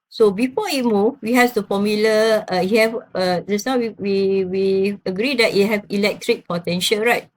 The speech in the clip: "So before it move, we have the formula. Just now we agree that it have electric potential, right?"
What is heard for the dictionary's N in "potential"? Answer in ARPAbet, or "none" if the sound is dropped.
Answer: N